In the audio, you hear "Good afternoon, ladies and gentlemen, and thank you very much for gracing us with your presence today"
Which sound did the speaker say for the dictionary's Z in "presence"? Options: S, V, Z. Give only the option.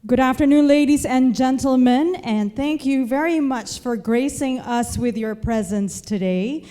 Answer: Z